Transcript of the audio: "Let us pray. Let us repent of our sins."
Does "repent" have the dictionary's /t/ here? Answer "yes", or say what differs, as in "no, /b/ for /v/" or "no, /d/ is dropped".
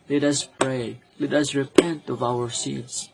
yes